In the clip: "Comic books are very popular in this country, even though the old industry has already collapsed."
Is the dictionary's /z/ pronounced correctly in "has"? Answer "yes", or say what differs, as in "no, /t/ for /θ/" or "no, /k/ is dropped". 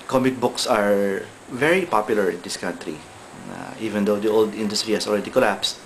no, /s/ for /z/